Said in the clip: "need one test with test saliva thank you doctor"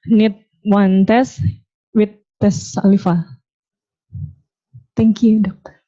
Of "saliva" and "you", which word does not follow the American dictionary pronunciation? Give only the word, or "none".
saliva